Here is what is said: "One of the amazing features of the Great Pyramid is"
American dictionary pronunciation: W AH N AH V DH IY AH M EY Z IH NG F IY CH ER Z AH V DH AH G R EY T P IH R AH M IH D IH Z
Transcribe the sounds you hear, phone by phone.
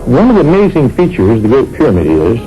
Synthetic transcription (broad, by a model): W AH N AH V DH IY AH M EY Z IH NG F IY CH ER Z DH AH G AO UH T P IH R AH M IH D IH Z